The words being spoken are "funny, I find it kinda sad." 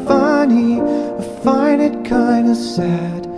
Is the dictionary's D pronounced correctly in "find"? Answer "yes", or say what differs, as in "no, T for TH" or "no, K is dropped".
no, D is dropped